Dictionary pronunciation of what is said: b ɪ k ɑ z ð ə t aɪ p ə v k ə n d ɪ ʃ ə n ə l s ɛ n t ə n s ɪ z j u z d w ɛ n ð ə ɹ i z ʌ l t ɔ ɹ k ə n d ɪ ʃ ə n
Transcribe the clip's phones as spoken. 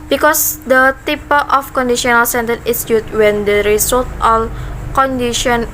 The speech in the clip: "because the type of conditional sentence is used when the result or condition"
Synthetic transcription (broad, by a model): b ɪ k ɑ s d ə t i p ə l k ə n d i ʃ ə n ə l s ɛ n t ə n ɪ s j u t w ɛ n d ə ɹ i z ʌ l t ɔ l k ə n d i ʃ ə n